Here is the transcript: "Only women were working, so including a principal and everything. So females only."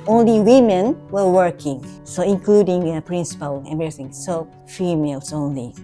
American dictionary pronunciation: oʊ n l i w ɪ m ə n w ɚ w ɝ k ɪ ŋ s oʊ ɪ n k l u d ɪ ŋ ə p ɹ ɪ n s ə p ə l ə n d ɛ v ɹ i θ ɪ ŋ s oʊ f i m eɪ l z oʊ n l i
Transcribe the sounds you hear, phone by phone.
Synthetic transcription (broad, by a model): oʊ n l i w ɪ m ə n w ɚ w ɝ k ɪ ŋ s oʊ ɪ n k l u d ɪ ŋ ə p ɹ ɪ n s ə p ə l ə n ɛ ɹ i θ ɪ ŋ s oʊ f i m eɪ l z oʊ n l i